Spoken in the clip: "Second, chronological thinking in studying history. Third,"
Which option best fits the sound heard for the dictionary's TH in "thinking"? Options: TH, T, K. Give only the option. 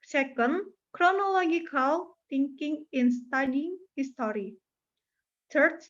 T